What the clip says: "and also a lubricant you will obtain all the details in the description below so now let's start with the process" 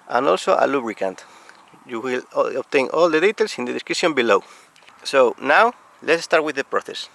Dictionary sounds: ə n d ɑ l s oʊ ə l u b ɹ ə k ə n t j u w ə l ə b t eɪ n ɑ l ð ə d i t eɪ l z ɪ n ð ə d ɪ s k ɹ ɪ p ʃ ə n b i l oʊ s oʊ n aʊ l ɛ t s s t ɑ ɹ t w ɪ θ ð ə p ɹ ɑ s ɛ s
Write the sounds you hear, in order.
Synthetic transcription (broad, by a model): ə n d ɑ l s oʊ ə l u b ɹ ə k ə n t j u w ə l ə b t eɪ n ɑ l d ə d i t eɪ l s ɪ n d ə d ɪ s k ɪ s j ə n b i l oʊ s oʊ n aʊ l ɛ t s s t ɑ ɹ t w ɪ ð ə p ɹ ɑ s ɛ s